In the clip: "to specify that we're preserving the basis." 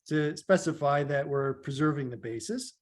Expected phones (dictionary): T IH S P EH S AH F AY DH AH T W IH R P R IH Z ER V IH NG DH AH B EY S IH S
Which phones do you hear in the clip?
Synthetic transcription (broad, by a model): T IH S P EH S AH F AY DH AH T W IH R P R IH Z ER V IH NG DH AH B EY S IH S